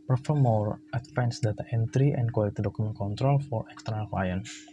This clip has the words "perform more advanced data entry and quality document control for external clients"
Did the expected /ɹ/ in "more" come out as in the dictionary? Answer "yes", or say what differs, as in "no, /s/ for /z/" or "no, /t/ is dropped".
yes